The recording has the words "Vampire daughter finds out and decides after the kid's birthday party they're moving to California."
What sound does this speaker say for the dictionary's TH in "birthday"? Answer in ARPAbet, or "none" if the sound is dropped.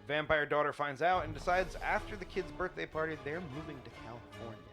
TH